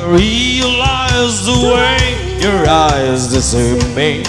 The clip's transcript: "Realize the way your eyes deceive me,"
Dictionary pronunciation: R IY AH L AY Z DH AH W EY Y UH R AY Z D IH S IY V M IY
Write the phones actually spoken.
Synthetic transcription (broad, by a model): R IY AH L AY Z DH AH W EY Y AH R AY Z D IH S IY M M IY